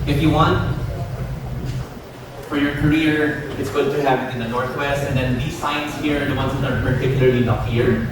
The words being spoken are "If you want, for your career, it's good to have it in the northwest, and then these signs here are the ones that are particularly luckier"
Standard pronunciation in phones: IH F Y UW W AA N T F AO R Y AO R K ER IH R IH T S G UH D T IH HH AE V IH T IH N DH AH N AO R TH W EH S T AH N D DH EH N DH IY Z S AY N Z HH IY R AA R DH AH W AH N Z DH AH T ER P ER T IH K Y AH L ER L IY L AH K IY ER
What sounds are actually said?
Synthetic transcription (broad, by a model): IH F Y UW W AA N T F AO R Y AO R K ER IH R IH T S G UH D T IH HH AE V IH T IH N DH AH N AO R TH W EH S T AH N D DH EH N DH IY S AY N S HH IY R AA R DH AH W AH N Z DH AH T ER P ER T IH K Y L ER L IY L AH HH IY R